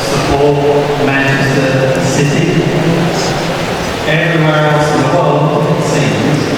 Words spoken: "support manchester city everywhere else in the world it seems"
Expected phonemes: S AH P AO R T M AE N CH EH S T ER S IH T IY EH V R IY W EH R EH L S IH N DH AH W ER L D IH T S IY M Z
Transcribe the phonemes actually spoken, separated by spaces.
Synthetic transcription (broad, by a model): S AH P AO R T M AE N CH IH S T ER S IH T IY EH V R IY W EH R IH S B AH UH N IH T S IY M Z